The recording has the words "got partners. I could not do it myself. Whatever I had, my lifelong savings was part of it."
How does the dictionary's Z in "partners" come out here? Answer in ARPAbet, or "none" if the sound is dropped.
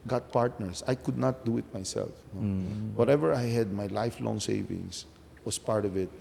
S